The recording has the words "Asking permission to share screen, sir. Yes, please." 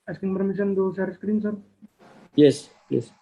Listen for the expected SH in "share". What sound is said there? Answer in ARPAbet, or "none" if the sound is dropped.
S